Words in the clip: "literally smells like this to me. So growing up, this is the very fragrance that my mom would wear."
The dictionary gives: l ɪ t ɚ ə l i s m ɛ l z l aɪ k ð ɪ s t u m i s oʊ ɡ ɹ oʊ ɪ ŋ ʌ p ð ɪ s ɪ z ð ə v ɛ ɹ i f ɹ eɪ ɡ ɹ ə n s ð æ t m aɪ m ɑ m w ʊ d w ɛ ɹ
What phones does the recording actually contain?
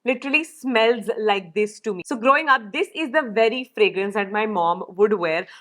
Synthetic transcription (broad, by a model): l ɪ t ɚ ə l i s m ɛ l z l aɪ k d ɪ s t u m i s oʊ ɡ ɹ oʊ ɪ ŋ ʌ p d ɪ s ɪ z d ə v ɛ ɹ i f ɹ eɪ ɡ ɹ ə n s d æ t m aɪ m ɑ m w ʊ d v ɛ ɹ